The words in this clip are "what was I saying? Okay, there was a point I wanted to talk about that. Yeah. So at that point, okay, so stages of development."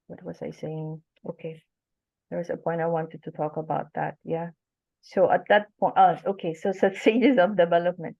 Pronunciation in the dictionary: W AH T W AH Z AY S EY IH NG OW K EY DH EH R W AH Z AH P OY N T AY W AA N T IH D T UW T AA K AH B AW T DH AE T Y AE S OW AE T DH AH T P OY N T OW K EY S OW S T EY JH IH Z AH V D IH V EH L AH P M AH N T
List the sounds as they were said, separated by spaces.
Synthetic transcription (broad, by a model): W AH T W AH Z AY S EY IH NG OW K EY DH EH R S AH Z AH P OY N T AY W AA N T IH D T UW T AA K AH B AW T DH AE T Y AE S OW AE T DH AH T P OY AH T OW K EY S OW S S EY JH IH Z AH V D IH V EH L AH P M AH N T